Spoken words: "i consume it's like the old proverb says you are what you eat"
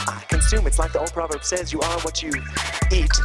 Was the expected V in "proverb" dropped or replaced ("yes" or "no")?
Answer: no